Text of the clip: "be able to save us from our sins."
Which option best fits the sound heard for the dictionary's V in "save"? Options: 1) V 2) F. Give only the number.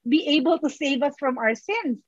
1